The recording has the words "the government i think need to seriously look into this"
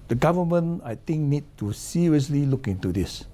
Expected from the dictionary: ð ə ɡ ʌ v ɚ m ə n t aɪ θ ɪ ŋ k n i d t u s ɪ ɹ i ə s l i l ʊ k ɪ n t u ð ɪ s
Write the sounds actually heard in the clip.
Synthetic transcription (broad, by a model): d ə ɡ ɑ v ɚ m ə n aɪ t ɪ ŋ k n i d t u s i ɹ i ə s l i l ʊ k ɪ n t u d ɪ s